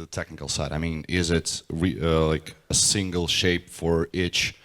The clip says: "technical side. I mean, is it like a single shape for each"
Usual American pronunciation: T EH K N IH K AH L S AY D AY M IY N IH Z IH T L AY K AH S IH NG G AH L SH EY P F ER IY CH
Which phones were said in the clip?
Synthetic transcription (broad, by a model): T EH K N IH K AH L S AY D AY M IY N IH Z IH T L AY K AH S IH NG G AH L SH EY P F ER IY CH